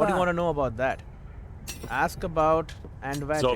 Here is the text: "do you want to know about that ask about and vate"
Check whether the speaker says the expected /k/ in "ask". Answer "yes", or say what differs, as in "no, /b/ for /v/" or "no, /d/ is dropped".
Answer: yes